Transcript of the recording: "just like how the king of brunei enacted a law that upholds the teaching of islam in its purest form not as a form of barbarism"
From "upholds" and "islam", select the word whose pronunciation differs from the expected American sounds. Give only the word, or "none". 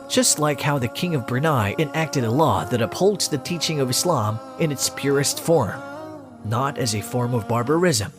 none